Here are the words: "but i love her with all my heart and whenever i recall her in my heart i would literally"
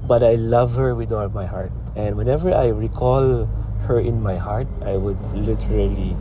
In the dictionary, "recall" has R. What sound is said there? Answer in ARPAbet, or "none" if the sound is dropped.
R